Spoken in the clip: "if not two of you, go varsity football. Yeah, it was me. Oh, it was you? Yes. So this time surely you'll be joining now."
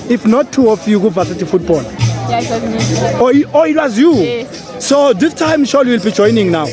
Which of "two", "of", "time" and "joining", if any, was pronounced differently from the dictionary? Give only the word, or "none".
of